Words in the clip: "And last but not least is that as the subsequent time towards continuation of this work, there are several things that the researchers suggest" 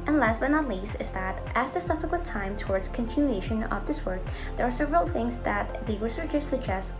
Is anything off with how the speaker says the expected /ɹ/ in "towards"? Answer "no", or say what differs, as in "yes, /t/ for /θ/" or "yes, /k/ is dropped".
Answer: no